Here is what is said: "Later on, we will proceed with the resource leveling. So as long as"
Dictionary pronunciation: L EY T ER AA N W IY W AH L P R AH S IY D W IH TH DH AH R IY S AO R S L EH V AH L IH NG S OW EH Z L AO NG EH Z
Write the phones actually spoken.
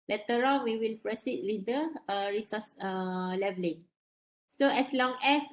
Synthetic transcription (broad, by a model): L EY T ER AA L W IY W AH L P R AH S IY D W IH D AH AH R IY S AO S L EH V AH L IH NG S OW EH S L AO NG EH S